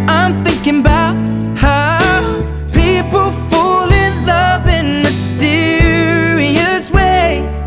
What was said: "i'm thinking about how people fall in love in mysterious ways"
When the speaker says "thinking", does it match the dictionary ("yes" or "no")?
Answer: yes